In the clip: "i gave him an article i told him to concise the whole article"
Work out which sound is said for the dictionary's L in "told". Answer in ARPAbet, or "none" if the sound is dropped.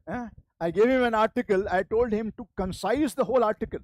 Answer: L